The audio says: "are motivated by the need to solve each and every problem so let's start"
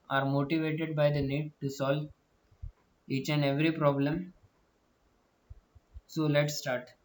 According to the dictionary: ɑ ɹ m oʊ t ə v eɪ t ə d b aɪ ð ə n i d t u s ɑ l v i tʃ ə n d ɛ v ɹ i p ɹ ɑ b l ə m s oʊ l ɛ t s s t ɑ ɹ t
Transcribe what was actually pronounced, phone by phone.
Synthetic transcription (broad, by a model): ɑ ɹ m oʊ t ə v eɪ t ə d b aɪ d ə n i d t u s ɑ l v i tʃ ə n d ɛ v ɹ i p ɹ ɑ b l ə m s oʊ l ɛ t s s t ɑ ɹ t